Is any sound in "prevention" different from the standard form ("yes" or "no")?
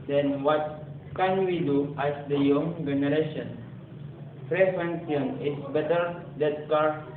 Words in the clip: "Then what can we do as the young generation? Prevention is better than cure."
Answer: yes